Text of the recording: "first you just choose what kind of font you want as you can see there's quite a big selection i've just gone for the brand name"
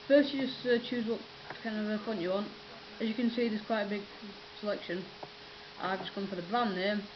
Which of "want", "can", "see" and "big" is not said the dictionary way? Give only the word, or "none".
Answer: none